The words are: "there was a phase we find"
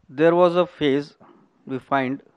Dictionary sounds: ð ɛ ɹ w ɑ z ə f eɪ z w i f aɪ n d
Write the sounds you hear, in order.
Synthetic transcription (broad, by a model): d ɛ ɹ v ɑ z ə f eɪ z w i f aɪ n d